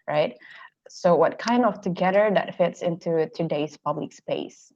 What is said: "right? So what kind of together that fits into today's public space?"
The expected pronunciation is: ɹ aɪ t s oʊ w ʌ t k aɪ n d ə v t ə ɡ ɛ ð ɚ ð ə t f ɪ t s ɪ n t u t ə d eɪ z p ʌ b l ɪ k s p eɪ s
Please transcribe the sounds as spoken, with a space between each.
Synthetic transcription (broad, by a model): ɹ aɪ t s oʊ w ʌ t k aɪ n d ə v t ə ɡ ɛ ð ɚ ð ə t f ɪ t s ɪ n t u t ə d eɪ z p ʌ b l ɪ k s p eɪ s